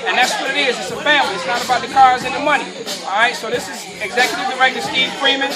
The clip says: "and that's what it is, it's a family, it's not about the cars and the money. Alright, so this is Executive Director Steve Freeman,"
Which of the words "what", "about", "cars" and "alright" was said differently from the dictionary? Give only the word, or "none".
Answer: alright